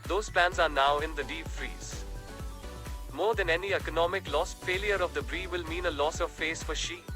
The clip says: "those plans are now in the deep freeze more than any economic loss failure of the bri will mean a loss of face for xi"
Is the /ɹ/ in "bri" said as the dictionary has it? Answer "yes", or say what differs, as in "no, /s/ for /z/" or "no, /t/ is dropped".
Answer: yes